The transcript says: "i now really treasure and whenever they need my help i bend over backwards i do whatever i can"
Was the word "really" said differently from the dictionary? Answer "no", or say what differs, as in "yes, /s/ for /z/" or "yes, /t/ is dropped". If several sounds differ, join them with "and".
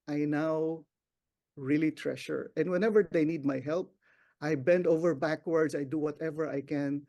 no